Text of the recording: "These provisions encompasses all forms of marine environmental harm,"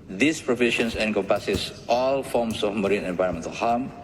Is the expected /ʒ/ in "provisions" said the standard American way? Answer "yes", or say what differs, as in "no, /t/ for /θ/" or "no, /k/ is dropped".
no, /ʃ/ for /ʒ/